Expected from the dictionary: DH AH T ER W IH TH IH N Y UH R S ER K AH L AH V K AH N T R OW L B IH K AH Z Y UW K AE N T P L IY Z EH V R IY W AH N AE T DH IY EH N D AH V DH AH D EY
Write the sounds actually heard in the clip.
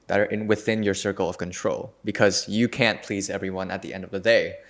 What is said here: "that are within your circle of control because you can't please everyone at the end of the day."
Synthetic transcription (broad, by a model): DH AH T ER W IH TH IH N Y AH R S ER K L AH V K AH N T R OW L B IH K AH Z Y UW K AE N P L IY Z EH V R IY W AH N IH T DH IY EH N D AH V DH AH D EY